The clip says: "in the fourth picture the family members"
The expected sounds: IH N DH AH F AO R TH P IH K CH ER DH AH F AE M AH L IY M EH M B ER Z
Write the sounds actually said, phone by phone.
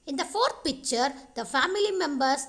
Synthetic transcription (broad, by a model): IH N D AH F AO R T P IH K CH ER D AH F AE M AH L IY M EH M B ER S